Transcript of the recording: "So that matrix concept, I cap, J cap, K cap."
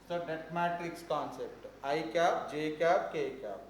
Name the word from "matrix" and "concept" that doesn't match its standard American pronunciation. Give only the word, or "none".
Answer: matrix